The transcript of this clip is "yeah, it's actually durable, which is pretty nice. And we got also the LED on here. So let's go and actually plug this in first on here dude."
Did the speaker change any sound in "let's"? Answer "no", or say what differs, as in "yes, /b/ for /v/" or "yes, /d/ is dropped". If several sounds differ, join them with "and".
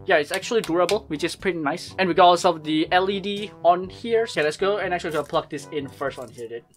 yes, /n/ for /l/